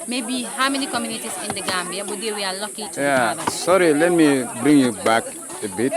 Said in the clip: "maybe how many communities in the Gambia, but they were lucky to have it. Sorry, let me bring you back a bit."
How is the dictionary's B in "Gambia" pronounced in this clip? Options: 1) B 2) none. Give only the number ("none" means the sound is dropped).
2